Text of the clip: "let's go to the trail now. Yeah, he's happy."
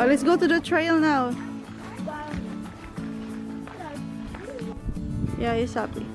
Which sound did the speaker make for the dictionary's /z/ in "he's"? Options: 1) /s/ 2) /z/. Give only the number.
1